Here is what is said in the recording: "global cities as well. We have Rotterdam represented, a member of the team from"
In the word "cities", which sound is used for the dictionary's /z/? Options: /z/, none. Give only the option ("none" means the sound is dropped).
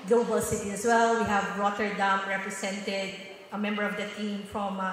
none